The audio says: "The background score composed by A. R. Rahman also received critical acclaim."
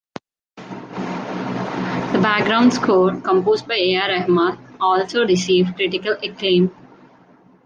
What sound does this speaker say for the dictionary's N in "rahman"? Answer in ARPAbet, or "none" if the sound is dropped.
none